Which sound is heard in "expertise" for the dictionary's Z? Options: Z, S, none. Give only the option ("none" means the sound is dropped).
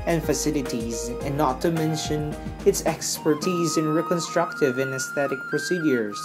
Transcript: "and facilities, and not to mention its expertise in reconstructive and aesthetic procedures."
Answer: Z